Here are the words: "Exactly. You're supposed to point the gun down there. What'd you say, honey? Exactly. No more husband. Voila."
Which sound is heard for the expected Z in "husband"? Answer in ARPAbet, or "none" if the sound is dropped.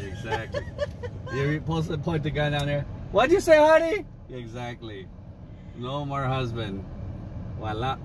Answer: Z